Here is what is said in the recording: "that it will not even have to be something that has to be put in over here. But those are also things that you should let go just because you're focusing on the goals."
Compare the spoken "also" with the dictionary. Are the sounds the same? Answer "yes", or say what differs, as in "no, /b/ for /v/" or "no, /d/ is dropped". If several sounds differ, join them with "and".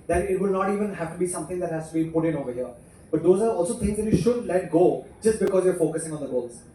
yes